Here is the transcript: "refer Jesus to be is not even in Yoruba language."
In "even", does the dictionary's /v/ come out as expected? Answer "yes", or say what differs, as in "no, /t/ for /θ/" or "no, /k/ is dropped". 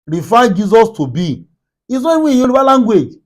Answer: no, /w/ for /v/